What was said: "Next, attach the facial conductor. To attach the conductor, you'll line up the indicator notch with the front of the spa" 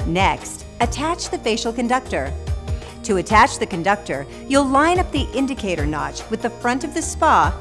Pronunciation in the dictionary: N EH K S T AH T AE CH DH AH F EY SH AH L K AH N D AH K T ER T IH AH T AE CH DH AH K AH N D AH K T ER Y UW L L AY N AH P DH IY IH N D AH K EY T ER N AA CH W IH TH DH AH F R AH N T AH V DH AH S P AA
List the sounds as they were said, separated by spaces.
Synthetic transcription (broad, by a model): N EH K S T AH T AE CH DH AH F EY SH L K AH N D AH K T ER T IH AH T AE CH DH AH K AH N D AH K T ER Y UW L L AY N AH P DH IY IH N D AH K EY T ER N AA CH W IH DH AH F R AH N T AH V DH AH S P AA